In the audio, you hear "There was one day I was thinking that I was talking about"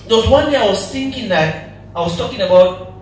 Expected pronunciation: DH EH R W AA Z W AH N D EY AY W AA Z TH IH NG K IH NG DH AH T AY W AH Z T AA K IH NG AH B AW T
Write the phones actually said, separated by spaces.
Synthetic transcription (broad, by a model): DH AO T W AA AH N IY AY W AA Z TH IH NG K IH NG DH AH T AY W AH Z T AA K IH NG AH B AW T